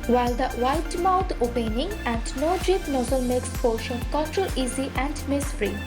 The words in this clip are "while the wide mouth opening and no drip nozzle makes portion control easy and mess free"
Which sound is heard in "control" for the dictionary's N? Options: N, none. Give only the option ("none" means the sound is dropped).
none